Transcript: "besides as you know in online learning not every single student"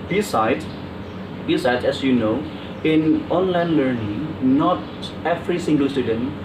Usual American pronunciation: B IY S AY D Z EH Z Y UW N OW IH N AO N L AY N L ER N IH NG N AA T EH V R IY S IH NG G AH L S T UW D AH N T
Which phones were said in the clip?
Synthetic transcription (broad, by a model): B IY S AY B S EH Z Y UW N OW IH N AO N L AY N L ER N IH NG N AA T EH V R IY S IH NG G AH L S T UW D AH N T